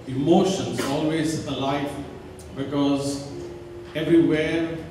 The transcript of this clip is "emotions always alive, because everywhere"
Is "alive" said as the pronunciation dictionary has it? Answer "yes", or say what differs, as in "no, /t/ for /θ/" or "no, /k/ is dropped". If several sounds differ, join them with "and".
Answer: no, /f/ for /v/